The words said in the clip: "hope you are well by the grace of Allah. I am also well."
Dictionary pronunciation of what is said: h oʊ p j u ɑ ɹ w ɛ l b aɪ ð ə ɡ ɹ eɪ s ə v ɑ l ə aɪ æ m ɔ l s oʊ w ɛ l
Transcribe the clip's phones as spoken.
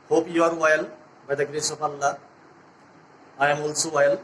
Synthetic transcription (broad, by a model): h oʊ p j u ɑ ɹ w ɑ l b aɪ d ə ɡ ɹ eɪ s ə p ɑ l ə aɪ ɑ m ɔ l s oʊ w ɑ l